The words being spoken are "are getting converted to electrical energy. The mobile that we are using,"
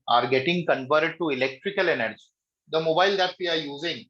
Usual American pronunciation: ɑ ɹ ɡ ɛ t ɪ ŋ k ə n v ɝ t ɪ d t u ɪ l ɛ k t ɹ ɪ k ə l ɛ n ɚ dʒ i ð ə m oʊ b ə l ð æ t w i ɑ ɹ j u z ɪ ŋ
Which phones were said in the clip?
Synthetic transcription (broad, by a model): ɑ ɹ ɡ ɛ t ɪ ŋ k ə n p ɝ t d t u ɪ l ɛ k t ɹ ɪ k ə l ɛ n ɚ dʒ i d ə m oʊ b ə l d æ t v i ɑ ɹ j u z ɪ ŋ